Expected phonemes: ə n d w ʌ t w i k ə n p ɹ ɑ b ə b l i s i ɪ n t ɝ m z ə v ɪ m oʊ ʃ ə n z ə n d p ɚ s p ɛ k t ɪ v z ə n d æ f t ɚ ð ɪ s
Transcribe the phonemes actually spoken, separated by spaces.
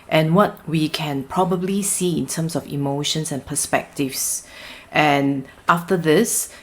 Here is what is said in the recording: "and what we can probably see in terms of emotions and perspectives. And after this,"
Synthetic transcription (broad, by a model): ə n w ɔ t w i k ə n p ɹ ɑ b ə b l i s i ɪ n t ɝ m s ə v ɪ m oʊ ʃ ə n s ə n p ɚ s p ɛ k t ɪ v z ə n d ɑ f t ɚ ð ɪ s